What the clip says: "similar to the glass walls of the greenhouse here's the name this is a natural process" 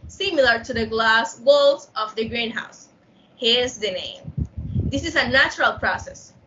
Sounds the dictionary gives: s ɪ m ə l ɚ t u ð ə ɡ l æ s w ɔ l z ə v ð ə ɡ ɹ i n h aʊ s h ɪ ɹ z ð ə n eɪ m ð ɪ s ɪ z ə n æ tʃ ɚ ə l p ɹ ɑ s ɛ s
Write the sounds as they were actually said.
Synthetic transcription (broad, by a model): s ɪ m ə l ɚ t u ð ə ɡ l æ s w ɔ l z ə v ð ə ɡ ɹ i n h aʊ s h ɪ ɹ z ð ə n eɪ m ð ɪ s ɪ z ə n æ tʃ ɚ ə l p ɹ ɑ s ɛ s